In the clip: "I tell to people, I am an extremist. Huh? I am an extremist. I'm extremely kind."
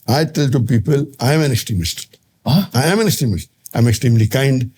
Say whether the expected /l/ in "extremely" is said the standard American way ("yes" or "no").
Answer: yes